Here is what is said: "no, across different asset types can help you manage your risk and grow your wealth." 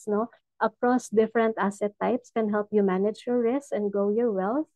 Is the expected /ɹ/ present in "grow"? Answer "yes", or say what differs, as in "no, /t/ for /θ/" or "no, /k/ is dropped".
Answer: no, /ɹ/ is dropped